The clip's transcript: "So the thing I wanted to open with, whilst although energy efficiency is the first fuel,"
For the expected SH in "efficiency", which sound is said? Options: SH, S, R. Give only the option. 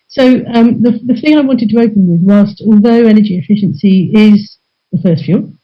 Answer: SH